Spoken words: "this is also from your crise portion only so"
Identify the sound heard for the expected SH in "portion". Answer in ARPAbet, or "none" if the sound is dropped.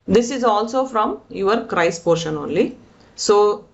SH